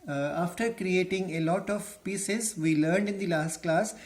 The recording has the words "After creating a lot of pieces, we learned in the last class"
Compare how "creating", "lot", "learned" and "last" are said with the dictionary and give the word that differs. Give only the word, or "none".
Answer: none